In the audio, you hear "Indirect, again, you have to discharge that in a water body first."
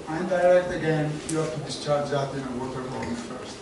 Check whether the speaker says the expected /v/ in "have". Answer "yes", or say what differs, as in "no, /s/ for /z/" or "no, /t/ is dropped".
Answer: no, /f/ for /v/